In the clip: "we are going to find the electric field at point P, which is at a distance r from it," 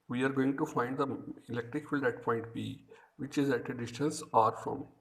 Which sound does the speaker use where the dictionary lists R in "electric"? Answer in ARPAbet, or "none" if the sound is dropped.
R